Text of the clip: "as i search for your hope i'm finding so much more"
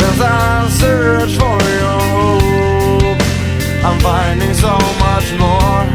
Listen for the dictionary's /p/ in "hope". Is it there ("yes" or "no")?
no